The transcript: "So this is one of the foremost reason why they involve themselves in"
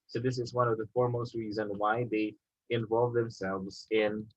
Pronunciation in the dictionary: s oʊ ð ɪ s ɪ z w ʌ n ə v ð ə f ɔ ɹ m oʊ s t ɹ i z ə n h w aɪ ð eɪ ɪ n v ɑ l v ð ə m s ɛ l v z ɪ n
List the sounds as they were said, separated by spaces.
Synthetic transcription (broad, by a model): s oʊ ð ɪ s ɪ z w ʌ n ə v ð ə f ɔ ɹ m oʊ s t ɹ i z ə n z w aɪ ð eɪ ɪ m v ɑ l v ð ə m s ɛ l v z ɪ n